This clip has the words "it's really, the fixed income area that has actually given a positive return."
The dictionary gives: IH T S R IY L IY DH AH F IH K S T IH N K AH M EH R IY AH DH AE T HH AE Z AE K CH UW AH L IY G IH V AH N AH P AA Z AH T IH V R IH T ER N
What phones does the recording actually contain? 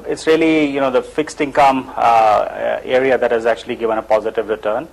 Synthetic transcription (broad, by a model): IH T S R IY L IY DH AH F IH K S T IH N K AH M EH R IY AH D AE T HH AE Z AE K CH UW AH L IY G IH V AH N AH P AA Z AH T IH V R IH T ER N